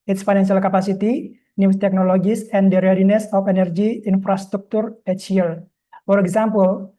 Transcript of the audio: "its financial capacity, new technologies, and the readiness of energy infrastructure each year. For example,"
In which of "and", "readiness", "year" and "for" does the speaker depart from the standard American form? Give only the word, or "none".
year